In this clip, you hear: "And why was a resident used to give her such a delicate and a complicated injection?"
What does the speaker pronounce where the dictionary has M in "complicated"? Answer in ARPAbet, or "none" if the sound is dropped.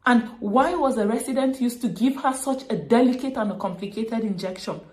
M